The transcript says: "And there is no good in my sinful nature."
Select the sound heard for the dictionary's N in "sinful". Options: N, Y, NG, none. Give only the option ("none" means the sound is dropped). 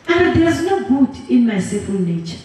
none